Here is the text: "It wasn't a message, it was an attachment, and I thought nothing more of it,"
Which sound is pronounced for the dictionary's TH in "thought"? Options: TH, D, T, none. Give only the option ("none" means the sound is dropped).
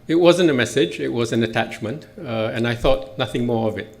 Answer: TH